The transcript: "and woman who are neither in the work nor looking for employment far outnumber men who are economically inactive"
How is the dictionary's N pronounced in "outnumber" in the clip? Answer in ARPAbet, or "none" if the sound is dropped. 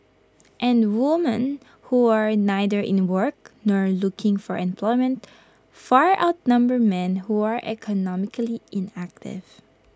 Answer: N